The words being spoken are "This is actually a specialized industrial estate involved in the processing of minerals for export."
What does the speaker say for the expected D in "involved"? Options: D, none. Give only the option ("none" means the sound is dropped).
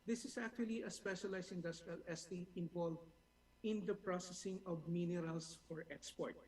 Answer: none